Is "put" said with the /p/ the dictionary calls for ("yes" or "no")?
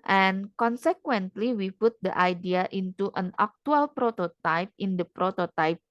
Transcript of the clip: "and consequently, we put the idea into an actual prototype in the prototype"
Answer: yes